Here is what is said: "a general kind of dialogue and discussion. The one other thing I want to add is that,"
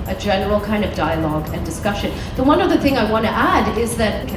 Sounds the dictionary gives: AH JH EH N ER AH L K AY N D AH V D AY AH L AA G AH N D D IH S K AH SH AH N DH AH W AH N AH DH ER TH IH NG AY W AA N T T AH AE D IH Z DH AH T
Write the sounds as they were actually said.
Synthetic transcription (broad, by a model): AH JH EH N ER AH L K AY N D AH V D AY AH L AA G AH N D D IH S K AH SH AH N DH AH W AH N AH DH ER TH IH NG AY W AA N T T AE D IH Z DH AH T